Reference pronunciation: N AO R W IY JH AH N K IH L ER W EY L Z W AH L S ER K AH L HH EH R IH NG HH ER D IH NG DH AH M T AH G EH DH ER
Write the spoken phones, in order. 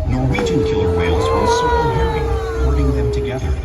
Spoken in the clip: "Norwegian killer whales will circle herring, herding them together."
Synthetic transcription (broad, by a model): N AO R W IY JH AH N K IH L ER W EY L Z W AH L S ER AH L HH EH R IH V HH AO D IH NG DH AH M T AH G EH DH ER